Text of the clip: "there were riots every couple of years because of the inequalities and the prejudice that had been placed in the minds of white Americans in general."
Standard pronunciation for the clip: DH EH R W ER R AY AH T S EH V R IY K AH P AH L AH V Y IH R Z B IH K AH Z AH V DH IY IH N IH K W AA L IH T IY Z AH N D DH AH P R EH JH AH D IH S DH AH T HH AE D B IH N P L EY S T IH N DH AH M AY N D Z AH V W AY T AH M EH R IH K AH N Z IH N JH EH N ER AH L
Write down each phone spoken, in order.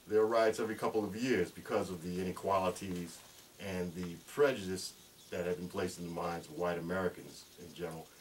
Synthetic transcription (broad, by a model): DH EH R R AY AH T S EH V R IY K AH P L AH V Y IH R Z B IH K AH Z AH V DH IY IH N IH K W AA L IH T IY Z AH N DH AH P R EH JH AH D IH S DH AH T HH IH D B IH N P L EY S T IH N DH AH M AY N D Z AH W AY T AH M EH R IH K AH N Z IH N JH EH N ER L